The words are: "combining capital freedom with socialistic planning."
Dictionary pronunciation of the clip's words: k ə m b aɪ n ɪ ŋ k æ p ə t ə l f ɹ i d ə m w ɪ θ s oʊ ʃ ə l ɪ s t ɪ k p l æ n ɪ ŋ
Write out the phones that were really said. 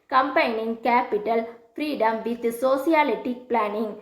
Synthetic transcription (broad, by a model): k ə m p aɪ n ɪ ŋ k æ p ə t ə l f ɹ i d ə m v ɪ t s oʊ s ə l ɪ t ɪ k p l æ n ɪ ŋ